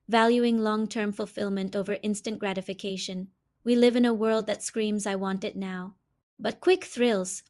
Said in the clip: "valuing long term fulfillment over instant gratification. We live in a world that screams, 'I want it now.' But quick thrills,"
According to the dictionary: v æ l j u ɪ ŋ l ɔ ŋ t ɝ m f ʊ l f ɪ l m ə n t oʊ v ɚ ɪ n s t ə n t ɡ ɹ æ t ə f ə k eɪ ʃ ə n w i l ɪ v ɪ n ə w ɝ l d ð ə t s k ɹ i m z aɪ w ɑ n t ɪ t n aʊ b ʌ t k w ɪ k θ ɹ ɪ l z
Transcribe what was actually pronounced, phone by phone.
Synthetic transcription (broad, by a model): v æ l j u ɪ ŋ l ɔ ŋ t ɝ m f ʊ l f ɪ l m ə n t oʊ v ɚ ɪ n s t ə n ɡ ɹ æ t ə f ə k eɪ ʃ ə n w i l ɪ v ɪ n ə w ɝ l d ð ə t s k ɹ i m z aɪ w ɑ n t ɪ t n aʊ b ʌ t k w ɪ k θ ɹ ɪ l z